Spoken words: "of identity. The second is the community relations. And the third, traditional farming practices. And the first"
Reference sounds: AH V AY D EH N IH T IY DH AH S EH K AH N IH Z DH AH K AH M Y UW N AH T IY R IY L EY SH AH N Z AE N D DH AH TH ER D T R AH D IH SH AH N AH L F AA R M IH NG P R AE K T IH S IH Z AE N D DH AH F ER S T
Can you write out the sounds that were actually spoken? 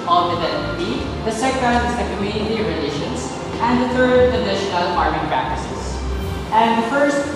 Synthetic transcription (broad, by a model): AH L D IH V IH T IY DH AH S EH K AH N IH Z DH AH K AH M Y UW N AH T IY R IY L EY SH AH N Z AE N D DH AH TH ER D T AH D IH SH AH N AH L P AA R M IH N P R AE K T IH S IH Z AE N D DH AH F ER S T